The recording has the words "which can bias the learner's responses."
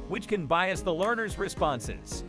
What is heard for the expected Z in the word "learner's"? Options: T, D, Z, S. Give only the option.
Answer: Z